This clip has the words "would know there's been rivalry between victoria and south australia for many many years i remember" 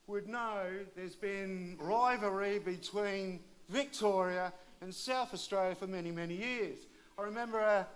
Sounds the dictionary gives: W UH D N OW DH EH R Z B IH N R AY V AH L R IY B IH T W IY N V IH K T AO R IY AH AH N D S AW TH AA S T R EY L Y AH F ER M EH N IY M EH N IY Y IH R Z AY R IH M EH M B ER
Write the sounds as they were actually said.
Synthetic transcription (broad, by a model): W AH D N OW DH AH R Z B IH N R AY V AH R IY B IH T W IY N V IH K T AO R IY AH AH N S AW TH AA S T R EY L Y AH F ER M EH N IY M EH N IY Y IH R Z AY R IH M EH M B ER